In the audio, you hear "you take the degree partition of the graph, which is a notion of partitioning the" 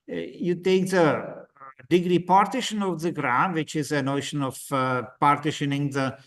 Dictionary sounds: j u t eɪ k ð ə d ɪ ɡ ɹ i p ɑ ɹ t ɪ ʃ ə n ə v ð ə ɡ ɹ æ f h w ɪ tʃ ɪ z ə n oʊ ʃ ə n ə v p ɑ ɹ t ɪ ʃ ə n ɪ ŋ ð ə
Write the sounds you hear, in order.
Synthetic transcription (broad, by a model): j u t eɪ k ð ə d ɪ ɡ ɹ i p ɑ ɹ t ɪ ʃ ə n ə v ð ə ɡ ɹ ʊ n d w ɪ tʃ ɪ z ə n oʊ ʃ ə n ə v p ɑ ɹ t ɪ ʃ ə n ɪ ŋ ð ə